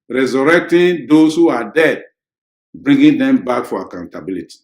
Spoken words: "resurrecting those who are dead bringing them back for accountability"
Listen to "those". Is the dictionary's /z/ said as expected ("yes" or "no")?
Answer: no